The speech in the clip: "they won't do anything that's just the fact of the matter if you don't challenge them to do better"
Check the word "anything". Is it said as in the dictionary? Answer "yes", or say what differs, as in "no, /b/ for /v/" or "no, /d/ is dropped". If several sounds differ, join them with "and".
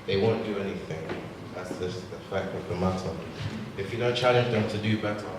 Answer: yes